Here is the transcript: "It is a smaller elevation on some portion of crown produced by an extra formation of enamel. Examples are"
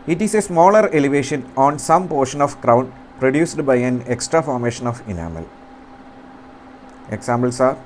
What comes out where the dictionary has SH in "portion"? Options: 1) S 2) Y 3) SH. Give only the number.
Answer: 3